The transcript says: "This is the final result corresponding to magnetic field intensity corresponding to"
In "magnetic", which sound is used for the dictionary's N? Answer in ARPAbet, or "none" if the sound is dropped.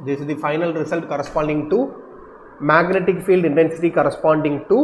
N